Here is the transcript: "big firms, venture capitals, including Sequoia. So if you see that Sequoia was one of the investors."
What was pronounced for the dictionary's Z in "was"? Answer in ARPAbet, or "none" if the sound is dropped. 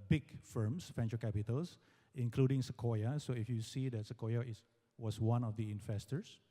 S